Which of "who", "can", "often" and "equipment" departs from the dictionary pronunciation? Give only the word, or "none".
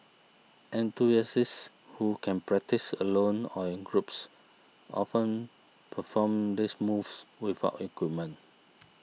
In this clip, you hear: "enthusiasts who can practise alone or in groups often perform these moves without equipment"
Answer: equipment